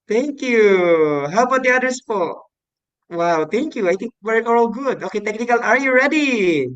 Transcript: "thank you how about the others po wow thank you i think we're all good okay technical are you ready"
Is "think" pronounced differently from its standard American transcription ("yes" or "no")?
yes